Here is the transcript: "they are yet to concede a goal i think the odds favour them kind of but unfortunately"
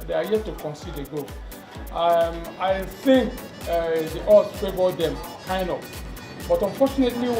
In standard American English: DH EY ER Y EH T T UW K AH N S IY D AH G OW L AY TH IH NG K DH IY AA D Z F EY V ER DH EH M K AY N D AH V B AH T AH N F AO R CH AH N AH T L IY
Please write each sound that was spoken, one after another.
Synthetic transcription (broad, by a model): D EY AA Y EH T T UW K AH N S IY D AH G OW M AY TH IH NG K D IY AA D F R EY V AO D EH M K AY N D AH P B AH T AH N F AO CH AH N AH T L IY